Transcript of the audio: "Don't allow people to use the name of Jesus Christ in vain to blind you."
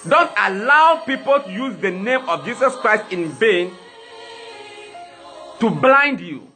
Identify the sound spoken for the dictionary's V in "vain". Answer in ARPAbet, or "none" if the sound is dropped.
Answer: B